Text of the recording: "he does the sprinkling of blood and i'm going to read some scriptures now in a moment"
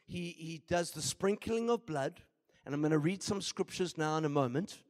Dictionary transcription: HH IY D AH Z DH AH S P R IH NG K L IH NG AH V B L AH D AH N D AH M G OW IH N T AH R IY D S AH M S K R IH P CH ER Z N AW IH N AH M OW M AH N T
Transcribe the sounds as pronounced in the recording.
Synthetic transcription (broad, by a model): HH IY D AH Z DH AH S P R IH NG K L IH NG AH V B L AH D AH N AH M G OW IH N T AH R IY D S AH M S K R IH P CH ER Z N AW IH N AH M OW M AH N T